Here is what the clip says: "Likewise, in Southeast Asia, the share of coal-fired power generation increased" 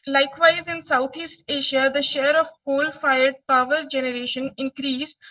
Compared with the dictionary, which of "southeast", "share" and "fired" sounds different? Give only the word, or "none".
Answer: southeast